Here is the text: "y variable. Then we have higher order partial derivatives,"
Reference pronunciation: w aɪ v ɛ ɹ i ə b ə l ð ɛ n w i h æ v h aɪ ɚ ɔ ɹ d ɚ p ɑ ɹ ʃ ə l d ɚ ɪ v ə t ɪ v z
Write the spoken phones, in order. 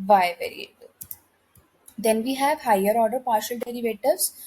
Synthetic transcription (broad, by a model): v aɪ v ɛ ɹ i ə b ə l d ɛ n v i h æ v h aɪ ɚ ɔ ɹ d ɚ p ɑ ɹ ʃ ə l d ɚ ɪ v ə t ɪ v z